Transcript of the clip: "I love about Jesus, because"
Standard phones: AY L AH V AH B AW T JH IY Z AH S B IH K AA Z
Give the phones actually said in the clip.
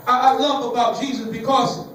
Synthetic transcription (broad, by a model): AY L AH AH B AW T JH IY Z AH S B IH K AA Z